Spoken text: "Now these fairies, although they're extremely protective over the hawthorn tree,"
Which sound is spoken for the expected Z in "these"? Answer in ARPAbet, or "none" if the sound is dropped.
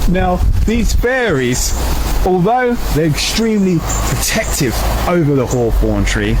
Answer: Z